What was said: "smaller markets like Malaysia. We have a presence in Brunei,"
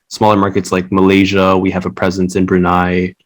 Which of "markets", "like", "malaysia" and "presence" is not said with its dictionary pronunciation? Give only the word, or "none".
none